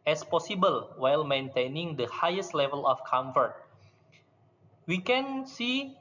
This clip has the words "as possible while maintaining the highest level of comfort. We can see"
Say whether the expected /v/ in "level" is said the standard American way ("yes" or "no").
yes